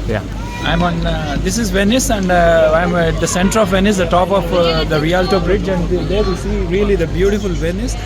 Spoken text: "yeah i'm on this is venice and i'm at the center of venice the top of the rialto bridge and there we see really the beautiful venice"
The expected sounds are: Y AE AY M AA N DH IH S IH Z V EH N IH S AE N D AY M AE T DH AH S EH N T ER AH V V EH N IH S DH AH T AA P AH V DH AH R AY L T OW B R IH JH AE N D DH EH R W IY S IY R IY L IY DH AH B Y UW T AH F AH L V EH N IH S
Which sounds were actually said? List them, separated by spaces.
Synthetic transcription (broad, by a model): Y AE AY M AA N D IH S IH Z V EH N IH S AE N D AY M AE T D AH S EH N T ER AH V V EH N IH S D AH T AA P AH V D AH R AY L T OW B R IH JH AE N D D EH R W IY S IY R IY L IY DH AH B Y UW T AH F AH L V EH N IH S